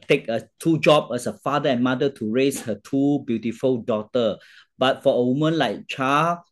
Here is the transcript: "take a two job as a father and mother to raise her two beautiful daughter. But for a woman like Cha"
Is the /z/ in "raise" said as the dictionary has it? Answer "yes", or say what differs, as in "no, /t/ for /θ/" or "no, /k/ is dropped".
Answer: no, /s/ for /z/